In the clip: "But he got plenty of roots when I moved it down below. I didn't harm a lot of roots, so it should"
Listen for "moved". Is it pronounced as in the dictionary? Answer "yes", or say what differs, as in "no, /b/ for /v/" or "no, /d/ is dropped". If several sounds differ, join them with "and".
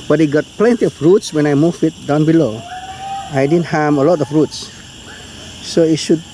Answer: no, /d/ is dropped